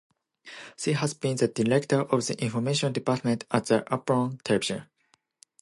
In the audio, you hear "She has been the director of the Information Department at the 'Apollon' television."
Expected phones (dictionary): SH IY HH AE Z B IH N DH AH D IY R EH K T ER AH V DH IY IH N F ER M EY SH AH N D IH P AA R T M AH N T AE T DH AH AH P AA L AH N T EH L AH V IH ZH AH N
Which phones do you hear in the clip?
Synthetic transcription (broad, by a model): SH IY HH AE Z B IH N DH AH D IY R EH K T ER AH V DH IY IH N F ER M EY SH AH N D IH P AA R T M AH N T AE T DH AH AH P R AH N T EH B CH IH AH